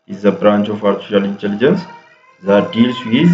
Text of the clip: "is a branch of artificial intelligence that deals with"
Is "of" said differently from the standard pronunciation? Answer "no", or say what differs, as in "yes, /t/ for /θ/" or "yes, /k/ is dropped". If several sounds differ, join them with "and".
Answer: yes, /f/ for /v/